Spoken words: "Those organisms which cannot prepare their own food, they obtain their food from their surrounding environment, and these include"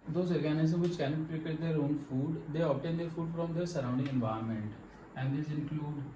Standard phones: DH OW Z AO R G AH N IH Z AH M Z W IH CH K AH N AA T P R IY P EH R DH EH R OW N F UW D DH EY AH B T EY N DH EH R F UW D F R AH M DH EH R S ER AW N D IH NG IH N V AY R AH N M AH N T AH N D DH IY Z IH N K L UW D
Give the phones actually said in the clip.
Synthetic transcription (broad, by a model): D OW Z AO R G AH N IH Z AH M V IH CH K AH N AA T P R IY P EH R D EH R OW N F UW D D EY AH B T EY N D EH R F UW D F R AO M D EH R S ER AW N D IH NG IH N V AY AH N M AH N T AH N D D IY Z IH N K L UW D